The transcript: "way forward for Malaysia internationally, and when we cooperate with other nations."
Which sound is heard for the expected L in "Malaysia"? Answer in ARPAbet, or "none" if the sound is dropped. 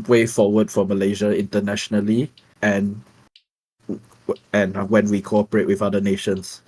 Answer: L